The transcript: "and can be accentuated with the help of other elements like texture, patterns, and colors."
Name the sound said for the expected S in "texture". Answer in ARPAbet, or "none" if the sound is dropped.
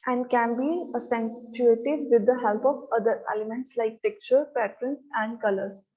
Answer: none